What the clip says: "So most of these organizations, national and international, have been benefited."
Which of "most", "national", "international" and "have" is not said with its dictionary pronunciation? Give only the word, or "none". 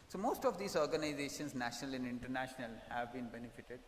none